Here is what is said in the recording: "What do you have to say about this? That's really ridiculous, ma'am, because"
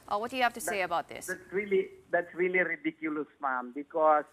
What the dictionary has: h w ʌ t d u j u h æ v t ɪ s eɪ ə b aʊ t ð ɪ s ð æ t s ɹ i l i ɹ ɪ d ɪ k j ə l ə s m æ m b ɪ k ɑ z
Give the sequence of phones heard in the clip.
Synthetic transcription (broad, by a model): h w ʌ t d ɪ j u h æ f t ɪ s eɪ ə b aʊ t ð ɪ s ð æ t s ɹ i l i ɹ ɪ d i k j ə l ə s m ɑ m b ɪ k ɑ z